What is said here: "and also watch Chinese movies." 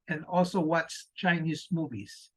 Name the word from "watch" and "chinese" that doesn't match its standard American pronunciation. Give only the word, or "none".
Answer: watch